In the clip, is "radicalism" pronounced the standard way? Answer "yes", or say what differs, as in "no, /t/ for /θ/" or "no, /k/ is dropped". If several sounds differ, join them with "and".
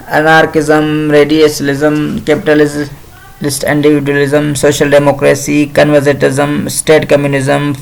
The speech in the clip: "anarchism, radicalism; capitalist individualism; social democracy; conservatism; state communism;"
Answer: no, /k/ is dropped